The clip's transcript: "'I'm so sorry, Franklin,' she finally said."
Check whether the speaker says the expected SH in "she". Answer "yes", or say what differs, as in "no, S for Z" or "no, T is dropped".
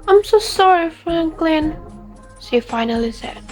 no, S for SH